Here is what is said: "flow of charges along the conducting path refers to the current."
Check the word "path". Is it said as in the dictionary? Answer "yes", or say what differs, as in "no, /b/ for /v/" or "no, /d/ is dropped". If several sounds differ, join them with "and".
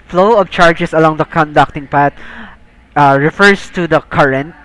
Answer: no, /t/ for /θ/